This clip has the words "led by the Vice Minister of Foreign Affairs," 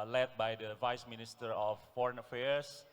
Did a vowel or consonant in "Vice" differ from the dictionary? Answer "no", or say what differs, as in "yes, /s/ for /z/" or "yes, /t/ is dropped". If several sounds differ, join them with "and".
no